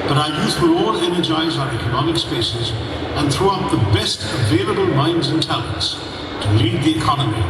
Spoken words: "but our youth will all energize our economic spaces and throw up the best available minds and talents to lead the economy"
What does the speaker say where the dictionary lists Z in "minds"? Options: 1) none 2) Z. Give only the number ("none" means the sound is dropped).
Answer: 2